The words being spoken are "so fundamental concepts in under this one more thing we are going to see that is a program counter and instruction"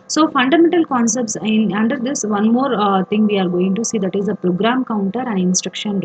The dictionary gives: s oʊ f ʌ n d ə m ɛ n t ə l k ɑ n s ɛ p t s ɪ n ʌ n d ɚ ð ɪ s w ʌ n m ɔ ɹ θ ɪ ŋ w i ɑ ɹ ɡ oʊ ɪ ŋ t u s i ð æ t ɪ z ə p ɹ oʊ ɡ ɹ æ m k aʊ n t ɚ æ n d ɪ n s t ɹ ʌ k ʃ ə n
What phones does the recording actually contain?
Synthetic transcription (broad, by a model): s oʊ f ʌ n d ə m ɛ n t ə l k ɑ n s ɛ p t s ɪ n ʌ n d ɚ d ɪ s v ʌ n m ɔ ɹ t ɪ ŋ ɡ i ɑ ɹ ɡ oʊ ɪ ŋ t u s i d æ t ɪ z ə p ɹ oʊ ɡ ɹ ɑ m k aʊ n t ɚ æ n d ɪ n s t ɹ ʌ k ʃ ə n